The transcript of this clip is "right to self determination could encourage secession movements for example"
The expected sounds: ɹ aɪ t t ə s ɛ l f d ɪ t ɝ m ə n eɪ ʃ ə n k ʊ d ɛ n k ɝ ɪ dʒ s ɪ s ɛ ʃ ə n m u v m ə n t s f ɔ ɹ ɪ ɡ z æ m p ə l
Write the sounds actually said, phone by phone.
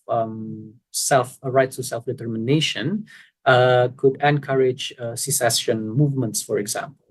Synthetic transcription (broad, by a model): ɹ aɪ t s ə s ɛ l f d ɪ t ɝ m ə n eɪ ʃ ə n k ʊ d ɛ n k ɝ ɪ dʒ s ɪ s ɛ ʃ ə n m u v m ə n t s f ɔ ɹ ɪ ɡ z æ m p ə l